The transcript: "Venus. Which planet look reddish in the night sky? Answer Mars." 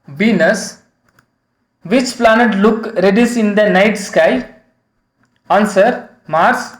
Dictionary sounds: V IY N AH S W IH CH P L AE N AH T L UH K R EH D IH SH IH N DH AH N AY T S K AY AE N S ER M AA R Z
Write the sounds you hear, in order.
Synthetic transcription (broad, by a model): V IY N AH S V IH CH P L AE N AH T L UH K R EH D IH S IH N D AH N AY T S K AY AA N S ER M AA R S